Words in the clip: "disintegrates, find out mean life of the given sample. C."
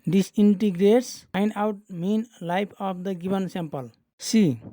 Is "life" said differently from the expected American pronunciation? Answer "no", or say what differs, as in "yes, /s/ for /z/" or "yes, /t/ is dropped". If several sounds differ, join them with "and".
yes, /p/ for /f/